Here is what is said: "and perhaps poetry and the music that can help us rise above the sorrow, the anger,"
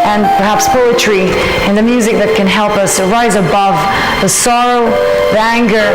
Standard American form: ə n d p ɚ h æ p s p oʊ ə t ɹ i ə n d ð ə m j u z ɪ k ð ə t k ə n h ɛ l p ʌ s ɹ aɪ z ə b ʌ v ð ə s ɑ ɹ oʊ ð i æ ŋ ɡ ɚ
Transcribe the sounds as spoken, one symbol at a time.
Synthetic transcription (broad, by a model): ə n p ɚ h æ p s p oʊ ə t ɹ i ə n ð ə m j u z ɪ k ð ə t k ə n h ɛ l p ʌ s ɹ aɪ z ə b ʌ v ð ə s ɑ ɹ oʊ ð i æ ŋ ɡ ɚ